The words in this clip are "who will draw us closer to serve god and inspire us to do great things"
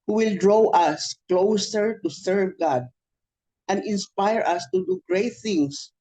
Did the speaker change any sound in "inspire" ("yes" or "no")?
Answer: no